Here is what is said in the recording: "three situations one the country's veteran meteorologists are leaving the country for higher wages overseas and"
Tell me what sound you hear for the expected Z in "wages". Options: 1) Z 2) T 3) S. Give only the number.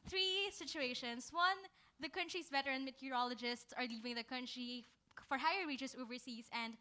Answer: 3